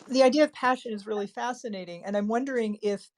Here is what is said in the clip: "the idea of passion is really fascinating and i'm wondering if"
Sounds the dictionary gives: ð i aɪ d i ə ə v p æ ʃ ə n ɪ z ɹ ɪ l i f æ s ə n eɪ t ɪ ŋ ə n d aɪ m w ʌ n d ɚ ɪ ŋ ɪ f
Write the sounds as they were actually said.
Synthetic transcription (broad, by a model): ð i aɪ d i ə ə v p æ ʃ ə n ɪ z ɹ ɪ l i f æ s ə n eɪ t ɪ ŋ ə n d aɪ m w ʌ n d ɚ ɪ ŋ ɪ f